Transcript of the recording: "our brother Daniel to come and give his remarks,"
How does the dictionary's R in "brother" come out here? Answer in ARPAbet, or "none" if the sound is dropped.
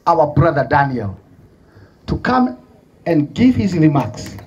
R